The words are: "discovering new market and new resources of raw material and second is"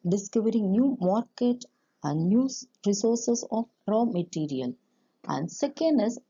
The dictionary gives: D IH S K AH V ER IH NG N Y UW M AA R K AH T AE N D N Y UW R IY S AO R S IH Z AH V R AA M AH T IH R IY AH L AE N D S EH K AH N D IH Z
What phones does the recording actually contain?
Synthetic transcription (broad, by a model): D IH S K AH V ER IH NG N Y UW M AA R K AH T AE N D N Y UW R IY S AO R S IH S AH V R AA M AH T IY R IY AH L AE N D S EH K AH N D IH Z